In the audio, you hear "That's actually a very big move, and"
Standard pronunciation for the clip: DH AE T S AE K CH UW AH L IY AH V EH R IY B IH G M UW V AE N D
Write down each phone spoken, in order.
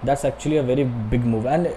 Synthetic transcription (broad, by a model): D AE T S AE K CH UW AH L IY AH V EH R IY B IH G M UW V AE N D